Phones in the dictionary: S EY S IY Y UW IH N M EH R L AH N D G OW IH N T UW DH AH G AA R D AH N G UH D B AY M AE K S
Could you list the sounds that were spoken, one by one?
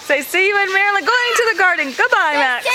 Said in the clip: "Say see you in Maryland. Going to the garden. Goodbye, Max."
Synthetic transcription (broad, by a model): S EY S IY Y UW IH N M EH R AH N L G OW IH N T UW DH AH G AA R D N G UH D B AY M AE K